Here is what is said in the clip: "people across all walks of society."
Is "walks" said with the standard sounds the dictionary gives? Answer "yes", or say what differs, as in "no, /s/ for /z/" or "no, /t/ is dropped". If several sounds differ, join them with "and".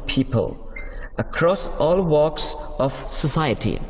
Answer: yes